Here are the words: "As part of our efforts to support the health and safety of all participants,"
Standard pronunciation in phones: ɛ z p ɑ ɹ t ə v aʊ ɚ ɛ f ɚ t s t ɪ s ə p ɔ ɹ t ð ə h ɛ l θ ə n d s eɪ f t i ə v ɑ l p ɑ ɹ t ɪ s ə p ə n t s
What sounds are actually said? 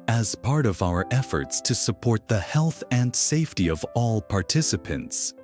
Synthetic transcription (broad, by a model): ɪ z p ɑ ɹ t ə v aʊ ɚ ɛ f ɚ t s t ɪ s ə p ɔ ɹ t ð ə h ɛ l θ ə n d s eɪ f t i ə v ɑ l p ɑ ɹ t ɪ s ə p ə n t s